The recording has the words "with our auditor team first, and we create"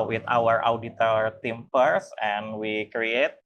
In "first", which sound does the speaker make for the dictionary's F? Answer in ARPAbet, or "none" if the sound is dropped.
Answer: P